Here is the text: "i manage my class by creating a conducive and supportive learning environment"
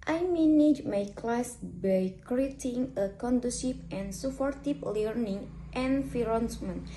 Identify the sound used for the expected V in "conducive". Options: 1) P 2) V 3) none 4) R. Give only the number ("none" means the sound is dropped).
1